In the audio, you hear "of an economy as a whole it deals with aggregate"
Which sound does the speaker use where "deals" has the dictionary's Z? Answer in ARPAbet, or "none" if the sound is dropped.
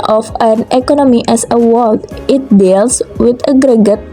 S